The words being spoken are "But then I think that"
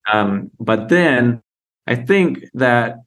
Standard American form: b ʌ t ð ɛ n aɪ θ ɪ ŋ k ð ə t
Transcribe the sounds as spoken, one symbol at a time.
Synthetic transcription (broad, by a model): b ʌ t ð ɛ n aɪ θ ɪ ŋ k ð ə t